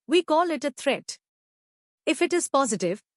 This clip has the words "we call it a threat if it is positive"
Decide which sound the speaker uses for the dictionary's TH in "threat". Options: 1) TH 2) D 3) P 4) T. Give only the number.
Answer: 4